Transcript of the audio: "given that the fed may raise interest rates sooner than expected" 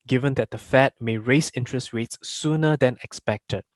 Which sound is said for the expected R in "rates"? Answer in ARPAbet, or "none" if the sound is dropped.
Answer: W